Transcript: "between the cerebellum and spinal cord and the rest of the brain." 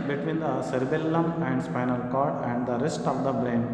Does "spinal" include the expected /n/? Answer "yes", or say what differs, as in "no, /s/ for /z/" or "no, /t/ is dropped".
yes